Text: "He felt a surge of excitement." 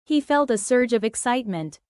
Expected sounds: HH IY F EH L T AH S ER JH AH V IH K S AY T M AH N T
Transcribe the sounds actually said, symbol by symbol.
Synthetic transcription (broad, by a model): HH IY F EH L T AH S ER JH AH V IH K S AY T M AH N T